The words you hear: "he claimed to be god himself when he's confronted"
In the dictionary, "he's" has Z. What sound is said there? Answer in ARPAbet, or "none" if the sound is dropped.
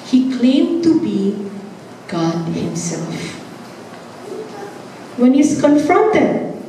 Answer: S